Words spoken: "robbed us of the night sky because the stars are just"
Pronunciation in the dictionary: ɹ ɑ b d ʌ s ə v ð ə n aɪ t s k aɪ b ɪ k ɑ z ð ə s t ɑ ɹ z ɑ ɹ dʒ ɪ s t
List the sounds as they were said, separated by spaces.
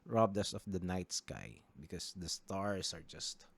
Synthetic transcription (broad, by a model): ɹ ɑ b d ʌ s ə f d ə n aɪ t s k aɪ b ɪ k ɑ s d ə s t ɑ ɹ s ɑ ɹ dʒ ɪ s t